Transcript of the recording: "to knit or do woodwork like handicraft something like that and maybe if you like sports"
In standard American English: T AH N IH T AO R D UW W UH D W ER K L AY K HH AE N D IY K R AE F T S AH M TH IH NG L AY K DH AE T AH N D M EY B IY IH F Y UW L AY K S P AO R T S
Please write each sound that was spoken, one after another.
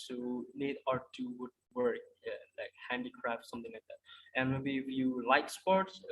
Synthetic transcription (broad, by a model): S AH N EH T AO R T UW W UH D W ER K L AY K HH AE N D IY K R AE F T S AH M T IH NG L AY K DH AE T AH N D M EY B IY IH F Y UW L AY K S P AO R T S